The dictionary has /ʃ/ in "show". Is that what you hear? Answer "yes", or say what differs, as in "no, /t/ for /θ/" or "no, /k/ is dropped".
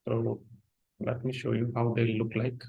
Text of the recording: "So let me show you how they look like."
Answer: yes